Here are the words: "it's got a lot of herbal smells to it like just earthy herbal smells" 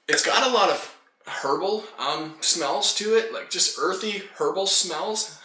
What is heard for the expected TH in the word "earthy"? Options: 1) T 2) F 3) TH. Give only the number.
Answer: 3